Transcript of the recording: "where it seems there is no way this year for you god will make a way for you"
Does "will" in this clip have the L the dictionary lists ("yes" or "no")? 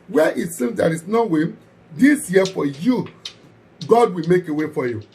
yes